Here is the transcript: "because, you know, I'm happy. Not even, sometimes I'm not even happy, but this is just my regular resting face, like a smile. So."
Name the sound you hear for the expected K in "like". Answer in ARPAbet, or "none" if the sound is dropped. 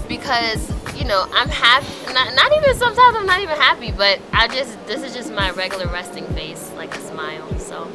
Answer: K